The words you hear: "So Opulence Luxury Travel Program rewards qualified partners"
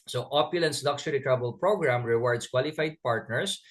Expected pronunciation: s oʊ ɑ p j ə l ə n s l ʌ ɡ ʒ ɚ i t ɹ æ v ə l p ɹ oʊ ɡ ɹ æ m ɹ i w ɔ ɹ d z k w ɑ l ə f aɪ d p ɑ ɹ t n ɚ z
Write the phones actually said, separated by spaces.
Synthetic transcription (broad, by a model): s oʊ ɑ p j ə l ə n s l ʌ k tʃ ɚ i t ɹ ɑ b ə l p ɹ oʊ ɡ ɹ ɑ m ɹ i w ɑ ɹ d s k w ɑ l ə f aɪ d p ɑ ɹ t n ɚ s